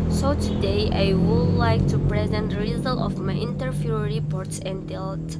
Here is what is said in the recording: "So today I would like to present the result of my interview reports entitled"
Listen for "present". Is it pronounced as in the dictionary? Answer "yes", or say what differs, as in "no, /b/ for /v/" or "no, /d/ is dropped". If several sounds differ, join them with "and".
yes